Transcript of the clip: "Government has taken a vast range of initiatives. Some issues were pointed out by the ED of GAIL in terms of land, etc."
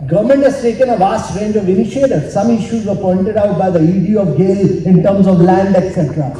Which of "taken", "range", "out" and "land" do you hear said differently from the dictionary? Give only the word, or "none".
none